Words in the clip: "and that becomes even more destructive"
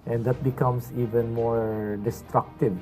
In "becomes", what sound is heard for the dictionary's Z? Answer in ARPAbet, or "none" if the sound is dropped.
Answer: S